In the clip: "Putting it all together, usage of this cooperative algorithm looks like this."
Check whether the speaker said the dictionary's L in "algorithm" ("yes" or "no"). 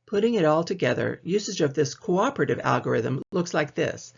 yes